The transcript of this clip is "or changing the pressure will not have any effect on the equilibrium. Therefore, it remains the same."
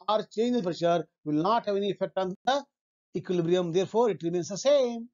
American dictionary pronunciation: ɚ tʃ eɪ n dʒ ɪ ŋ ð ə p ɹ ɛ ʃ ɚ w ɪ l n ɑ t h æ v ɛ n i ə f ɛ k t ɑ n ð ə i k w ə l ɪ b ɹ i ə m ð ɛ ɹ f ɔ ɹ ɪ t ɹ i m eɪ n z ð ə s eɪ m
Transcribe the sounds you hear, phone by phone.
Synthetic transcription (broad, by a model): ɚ tʃ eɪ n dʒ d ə p ɹ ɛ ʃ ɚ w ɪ l n ɑ t h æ v ɛ n i ə f ɛ k t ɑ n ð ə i k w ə l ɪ b ɹ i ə m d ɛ ɹ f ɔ ɹ ɪ t ɹ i m eɪ n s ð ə s eɪ m